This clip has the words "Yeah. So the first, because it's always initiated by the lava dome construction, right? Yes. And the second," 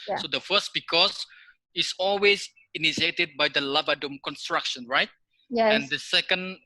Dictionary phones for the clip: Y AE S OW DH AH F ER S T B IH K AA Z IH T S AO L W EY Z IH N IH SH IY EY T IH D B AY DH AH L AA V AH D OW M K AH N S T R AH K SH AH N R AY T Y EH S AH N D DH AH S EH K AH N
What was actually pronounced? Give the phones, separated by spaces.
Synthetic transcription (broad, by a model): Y S OW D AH F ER S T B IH K AA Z IH T S AO L W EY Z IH N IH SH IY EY T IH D B AY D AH L AA V AH D OW M K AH N S T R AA K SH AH N R AY T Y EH AH N D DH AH S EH K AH N